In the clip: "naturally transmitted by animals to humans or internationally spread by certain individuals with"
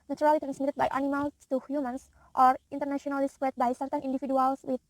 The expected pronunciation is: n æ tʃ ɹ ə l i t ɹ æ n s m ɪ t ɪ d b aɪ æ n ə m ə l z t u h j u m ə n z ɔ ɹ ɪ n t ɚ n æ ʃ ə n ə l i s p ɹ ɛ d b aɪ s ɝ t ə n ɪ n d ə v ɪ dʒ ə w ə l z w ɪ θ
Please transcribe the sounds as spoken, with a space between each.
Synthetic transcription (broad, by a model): n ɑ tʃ ɹ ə l i t ɹ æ n s m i t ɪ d b aɪ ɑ n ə m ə l t u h j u m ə n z ɔ ɹ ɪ n t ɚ n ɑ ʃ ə n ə l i s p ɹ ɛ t b aɪ s ɝ t ə n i n d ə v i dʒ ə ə l s w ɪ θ